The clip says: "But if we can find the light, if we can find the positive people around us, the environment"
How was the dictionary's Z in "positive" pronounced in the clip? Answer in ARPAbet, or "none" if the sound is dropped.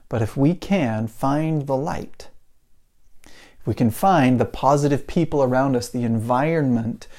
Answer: Z